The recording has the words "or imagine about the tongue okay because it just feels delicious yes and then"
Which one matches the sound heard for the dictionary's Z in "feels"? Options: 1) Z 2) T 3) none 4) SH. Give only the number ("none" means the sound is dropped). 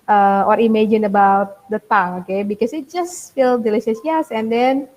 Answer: 3